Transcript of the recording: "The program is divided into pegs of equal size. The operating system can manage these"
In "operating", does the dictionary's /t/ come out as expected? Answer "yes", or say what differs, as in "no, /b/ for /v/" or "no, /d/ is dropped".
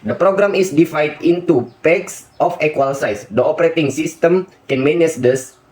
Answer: yes